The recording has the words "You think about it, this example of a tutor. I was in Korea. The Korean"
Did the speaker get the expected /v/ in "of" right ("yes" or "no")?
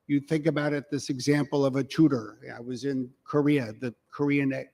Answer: yes